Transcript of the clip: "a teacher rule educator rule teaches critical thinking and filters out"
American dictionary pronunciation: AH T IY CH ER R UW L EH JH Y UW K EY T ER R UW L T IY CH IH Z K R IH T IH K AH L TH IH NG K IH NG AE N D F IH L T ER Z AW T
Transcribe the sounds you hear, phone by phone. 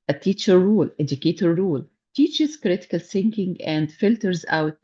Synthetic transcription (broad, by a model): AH T IY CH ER R UW L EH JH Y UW K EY T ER R UW L T IY CH IH Z K R IH T IH K AH L S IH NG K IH NG AE N D F IH L T ER Z AW T